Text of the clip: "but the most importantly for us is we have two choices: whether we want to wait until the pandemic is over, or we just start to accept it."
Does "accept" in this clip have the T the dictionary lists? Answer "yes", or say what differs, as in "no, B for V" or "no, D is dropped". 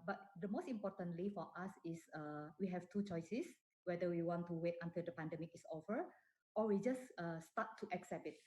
no, T is dropped